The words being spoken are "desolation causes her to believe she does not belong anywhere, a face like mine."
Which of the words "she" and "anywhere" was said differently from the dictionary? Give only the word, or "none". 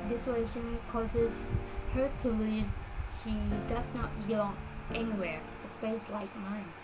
none